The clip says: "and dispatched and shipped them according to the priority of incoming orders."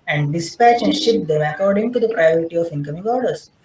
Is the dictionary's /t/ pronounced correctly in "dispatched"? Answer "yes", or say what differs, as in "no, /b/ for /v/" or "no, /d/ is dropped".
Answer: no, /t/ is dropped